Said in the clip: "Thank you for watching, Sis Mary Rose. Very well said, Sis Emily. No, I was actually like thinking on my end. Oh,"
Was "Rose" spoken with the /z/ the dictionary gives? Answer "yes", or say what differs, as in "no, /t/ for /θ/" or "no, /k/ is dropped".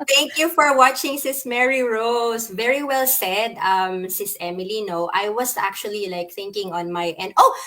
no, /s/ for /z/